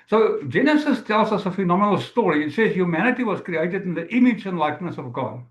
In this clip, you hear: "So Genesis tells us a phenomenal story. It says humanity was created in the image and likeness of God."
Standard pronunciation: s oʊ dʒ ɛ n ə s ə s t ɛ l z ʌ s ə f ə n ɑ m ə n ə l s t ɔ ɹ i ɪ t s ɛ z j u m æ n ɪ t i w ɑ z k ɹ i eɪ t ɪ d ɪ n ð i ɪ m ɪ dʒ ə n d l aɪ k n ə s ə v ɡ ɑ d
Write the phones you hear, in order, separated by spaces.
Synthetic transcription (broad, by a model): s oʊ dʒ ɛ n ə s ə s t ɛ l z ʌ s ə f ə n ɑ m ə n ə l s t ɔ ɹ i ɪ t s ɛ z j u m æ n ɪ t i w ɑ z k ɹ i eɪ t ɪ d ɪ n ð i ɪ m ɪ dʒ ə n l aɪ k n ə s ə v ɡ ɑ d